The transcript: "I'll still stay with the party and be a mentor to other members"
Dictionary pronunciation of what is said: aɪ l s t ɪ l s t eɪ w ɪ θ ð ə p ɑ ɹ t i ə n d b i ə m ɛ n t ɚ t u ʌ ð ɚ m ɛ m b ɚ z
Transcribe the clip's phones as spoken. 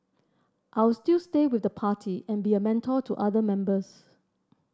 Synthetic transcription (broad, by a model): aɪ w s t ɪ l s t eɪ w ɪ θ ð ə p ɑ t i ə n b i ə m ɛ n t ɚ t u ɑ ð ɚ m ɛ m b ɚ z